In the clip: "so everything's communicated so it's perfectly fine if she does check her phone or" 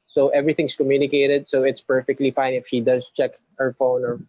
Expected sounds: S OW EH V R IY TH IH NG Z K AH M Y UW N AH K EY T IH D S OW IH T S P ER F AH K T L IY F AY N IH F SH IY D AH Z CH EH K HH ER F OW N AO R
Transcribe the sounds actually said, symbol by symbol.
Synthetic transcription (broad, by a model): S OW EH V R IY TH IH NG S K AH M Y UW N AH K EY T IH D S OW IH T S P ER F AH K T L IY F AY N IH F SH IY D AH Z CH EH K HH ER F OW N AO R